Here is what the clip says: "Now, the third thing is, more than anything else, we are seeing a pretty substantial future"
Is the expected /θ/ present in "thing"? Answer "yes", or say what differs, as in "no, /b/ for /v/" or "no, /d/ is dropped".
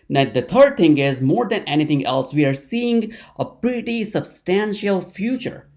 no, /t/ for /θ/